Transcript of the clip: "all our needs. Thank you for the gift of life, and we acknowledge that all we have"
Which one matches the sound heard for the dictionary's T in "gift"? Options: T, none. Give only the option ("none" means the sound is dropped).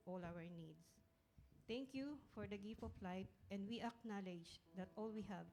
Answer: none